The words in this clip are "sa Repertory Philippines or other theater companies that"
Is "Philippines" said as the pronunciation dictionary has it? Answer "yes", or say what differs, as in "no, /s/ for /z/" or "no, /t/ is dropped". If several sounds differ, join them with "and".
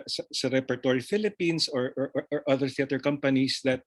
no, /s/ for /z/